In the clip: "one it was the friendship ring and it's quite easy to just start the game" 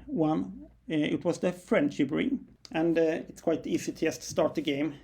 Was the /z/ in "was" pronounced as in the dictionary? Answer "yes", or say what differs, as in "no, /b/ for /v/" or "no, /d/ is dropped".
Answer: no, /s/ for /z/